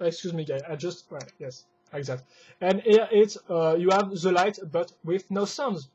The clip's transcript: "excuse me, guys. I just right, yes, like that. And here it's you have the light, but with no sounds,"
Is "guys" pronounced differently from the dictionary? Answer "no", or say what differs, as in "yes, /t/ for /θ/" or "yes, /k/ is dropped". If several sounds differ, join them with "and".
yes, /z/ is dropped